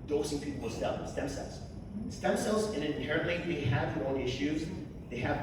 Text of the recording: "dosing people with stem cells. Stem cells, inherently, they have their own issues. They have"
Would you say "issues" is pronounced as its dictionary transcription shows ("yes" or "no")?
yes